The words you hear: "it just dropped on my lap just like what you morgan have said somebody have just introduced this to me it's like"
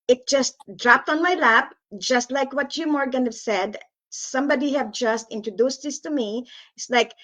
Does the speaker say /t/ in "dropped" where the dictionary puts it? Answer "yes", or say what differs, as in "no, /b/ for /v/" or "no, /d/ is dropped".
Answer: yes